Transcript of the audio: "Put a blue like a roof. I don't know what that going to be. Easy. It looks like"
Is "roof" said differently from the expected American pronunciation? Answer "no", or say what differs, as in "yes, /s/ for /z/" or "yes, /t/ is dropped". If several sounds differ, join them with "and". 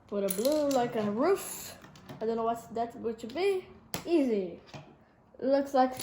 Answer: no